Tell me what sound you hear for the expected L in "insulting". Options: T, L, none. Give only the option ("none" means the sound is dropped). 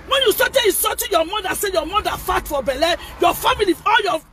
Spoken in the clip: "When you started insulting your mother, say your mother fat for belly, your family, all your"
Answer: none